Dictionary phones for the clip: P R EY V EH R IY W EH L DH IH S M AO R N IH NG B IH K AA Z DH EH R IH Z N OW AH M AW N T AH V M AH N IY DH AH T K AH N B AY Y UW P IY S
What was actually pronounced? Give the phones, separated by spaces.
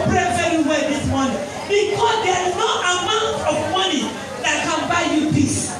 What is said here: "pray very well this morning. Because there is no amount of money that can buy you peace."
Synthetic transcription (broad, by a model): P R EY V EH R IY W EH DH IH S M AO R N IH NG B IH K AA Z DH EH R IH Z N OW AH M AW N T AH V M AH N IY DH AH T K AH N B AY Y UW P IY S